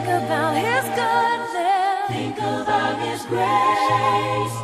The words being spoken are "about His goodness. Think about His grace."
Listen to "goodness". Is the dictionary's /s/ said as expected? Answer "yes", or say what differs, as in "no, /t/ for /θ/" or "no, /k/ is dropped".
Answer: no, /s/ is dropped